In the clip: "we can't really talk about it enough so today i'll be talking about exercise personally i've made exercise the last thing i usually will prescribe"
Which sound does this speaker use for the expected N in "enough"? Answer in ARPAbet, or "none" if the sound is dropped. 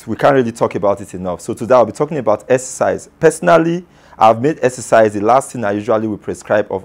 N